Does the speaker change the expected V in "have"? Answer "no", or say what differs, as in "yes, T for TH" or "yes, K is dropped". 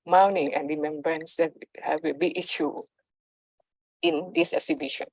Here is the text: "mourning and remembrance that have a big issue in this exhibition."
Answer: yes, W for V